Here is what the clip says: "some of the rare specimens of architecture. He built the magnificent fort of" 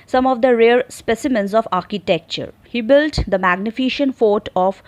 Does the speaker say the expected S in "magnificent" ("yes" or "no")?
no